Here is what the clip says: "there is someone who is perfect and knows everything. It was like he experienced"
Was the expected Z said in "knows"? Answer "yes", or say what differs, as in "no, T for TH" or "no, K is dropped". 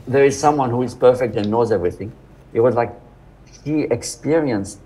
yes